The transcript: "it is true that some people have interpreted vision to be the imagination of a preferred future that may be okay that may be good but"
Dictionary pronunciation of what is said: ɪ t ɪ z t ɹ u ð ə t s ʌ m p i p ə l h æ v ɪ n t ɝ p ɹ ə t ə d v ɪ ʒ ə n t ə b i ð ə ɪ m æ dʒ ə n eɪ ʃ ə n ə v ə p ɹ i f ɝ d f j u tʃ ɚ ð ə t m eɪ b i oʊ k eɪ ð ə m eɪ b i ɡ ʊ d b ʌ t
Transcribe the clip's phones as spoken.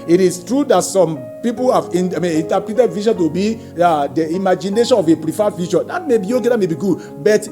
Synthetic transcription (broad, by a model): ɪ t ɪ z t ɹ u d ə t s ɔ m p i p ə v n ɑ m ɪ n t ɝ p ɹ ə t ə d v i ʃ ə n t ə b i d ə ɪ m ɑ dʒ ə n eɪ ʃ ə n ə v ə p ɹ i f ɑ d f j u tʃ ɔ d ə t m eɪ b i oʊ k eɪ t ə m eɪ b i ɡ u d b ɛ t